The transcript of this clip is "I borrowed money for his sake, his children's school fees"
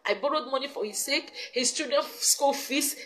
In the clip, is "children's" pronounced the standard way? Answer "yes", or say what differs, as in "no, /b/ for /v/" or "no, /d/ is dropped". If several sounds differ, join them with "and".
no, /l/ is dropped and /ɹ/ is dropped